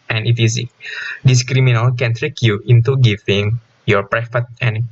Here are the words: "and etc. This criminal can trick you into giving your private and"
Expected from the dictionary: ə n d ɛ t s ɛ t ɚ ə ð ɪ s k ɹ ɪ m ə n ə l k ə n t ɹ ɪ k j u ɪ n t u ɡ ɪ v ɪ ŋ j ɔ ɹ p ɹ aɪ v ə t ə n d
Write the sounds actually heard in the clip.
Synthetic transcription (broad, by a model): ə n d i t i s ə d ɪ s k ɹ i m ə n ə l k ə n t ɹ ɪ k j u ɪ n t u ɡ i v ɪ ŋ j ɔ ɹ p ɹ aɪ f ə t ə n